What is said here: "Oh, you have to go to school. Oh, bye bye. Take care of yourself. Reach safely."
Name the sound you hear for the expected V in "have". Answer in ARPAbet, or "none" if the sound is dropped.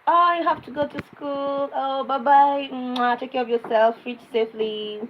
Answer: F